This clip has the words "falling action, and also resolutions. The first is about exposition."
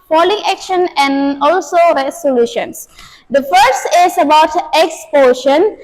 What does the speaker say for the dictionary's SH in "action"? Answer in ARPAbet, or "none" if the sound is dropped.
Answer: SH